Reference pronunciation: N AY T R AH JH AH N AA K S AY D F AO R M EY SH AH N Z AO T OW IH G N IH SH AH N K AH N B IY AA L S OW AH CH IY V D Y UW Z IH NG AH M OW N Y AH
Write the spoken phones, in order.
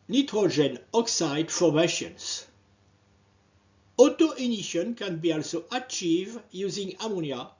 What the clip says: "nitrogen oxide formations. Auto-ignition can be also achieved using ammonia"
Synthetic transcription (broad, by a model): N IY T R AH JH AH N AA K S AY D F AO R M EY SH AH N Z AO T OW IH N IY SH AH N K AH N B IY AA L S OW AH CH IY V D Y UW Z IH NG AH M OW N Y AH